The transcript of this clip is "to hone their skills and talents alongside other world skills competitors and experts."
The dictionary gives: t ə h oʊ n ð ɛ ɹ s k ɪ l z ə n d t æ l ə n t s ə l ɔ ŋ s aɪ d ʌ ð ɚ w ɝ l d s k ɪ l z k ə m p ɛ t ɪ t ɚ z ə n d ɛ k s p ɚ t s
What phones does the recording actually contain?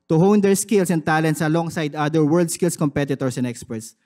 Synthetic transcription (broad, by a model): t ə h oʊ n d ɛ ɹ s k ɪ l s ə n t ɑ l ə n t s ə l ɔ ŋ s aɪ d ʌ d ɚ w ɝ l d s k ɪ l s k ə m p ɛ t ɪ t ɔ s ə n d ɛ k s p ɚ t s